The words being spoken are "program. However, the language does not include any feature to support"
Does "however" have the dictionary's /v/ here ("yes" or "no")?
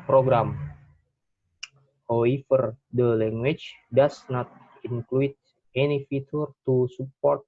no